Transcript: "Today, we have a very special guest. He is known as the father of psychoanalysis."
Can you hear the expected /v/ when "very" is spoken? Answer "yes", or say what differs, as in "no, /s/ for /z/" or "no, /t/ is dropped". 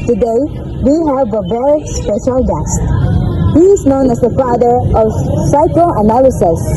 no, /b/ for /v/